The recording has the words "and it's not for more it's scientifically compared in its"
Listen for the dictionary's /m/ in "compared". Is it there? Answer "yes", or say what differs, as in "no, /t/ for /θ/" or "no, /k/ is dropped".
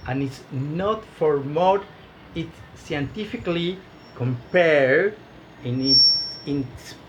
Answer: yes